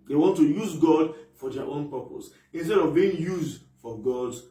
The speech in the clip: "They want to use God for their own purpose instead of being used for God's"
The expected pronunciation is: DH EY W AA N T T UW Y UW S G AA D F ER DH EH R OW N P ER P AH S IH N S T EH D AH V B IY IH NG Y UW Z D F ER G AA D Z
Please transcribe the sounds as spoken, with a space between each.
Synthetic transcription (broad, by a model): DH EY W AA N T T UW Y UW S G AA D F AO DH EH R OW N P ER P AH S IH N S T EH D AH V B IY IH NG Y UW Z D F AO G AA D